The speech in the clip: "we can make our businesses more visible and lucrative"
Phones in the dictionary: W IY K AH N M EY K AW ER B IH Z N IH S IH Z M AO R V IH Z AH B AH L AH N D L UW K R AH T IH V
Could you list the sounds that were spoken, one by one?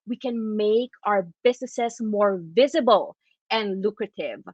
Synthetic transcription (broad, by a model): W IY K AH N M EY K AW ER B IH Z N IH S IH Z M AO R V IH Z AH B AH L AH N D L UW K R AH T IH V